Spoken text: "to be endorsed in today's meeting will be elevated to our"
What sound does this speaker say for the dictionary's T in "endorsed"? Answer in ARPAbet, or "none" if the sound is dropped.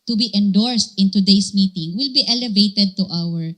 T